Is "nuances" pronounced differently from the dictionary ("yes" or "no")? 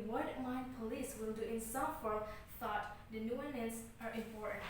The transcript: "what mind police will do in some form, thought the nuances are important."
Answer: yes